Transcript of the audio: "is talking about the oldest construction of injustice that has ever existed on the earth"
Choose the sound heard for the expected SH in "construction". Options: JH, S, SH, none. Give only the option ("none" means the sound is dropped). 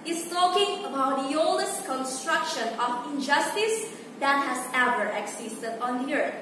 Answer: SH